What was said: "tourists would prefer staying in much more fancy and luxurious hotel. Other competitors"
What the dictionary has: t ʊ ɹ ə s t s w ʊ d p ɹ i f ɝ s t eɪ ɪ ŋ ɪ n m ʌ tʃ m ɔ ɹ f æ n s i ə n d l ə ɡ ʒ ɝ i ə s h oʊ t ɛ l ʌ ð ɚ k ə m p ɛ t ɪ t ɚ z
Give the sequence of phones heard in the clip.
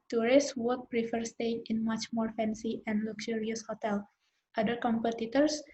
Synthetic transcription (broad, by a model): t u ɹ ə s s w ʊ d p ɹ i f ɝ s t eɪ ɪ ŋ ɪ n m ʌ tʃ m ɔ ɹ f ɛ n s i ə n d l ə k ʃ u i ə s h oʊ t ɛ l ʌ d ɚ k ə m p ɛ t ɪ t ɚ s